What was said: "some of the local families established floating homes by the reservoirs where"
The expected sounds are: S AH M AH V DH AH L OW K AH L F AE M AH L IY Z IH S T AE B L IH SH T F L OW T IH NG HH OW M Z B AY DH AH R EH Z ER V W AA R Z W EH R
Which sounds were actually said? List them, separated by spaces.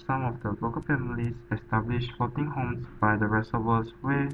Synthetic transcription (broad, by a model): S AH M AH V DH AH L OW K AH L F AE M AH L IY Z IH S T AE B L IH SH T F OW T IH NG HH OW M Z B AY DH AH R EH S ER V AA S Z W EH